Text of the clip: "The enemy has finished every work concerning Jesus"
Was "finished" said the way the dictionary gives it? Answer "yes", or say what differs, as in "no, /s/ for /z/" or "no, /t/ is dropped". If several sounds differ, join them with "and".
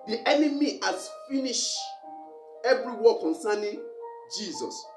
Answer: no, /t/ is dropped